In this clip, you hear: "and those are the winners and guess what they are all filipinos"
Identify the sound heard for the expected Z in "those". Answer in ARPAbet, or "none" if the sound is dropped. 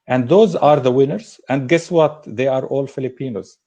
Z